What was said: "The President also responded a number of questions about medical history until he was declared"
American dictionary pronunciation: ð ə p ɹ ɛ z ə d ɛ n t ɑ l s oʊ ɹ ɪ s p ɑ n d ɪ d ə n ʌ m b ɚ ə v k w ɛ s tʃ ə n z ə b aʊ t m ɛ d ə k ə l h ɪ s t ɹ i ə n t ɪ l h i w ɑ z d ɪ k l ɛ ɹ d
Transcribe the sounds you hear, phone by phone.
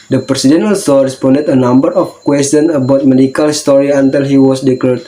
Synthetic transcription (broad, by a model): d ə p ɹ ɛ s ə d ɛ n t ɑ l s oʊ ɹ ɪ s p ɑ n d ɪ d ə n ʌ m b ɚ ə f k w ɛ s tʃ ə n ə b aʊ t m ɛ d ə k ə l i s t ɹ i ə n t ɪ l h i w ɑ s d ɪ k l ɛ ɹ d